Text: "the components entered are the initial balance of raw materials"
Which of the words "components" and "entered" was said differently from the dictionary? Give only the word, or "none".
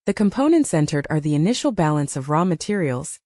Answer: none